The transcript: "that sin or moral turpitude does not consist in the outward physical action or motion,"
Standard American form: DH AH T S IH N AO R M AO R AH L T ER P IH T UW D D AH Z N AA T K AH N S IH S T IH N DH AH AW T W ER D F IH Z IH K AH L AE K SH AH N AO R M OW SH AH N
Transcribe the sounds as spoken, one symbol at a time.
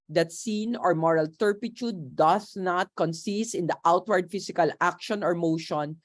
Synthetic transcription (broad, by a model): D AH T S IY N AO R M AO R AH L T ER P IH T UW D D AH S N AA T K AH N S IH S T IH N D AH AW T W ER D F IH S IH K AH L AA K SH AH N AO R M OW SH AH N